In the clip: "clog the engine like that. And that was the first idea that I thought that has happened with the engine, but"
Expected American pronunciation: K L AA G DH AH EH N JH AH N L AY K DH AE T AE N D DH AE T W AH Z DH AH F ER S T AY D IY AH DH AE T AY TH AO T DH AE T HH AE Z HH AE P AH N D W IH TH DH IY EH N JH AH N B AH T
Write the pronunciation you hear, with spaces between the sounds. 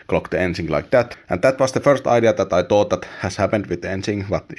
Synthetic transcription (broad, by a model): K L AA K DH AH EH N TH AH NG L AY K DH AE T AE N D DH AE T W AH S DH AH F ER S T AY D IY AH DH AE T AY T AO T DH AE T HH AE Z HH AE P AH N D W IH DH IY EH N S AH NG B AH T